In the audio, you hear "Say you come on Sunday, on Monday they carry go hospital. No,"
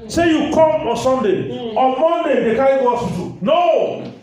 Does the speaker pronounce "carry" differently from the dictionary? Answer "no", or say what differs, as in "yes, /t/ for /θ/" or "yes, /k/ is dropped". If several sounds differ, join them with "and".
yes, /ɹ/ is dropped